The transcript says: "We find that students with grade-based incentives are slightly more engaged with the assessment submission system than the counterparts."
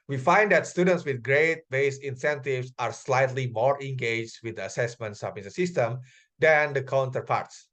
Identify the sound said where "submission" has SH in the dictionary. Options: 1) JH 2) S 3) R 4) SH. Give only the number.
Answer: 2